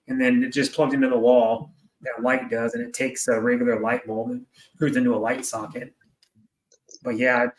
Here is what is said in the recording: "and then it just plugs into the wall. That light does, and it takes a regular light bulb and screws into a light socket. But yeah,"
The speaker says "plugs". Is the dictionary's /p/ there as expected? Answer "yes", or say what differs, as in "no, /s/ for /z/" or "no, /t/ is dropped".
yes